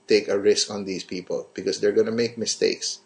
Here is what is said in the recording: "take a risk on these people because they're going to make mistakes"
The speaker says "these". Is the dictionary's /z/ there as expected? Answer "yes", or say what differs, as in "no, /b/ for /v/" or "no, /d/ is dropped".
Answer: no, /s/ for /z/